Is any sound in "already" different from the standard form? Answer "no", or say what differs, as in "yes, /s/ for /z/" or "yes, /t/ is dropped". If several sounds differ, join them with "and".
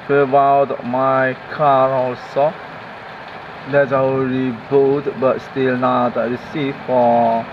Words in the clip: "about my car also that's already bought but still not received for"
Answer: yes, /ɹ/ is dropped